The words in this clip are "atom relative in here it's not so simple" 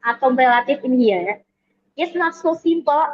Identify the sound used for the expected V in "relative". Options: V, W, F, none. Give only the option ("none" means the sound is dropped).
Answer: F